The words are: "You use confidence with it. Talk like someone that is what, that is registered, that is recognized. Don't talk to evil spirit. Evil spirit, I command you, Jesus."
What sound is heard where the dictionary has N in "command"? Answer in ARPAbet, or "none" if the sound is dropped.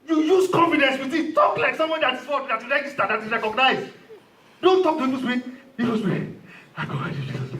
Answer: none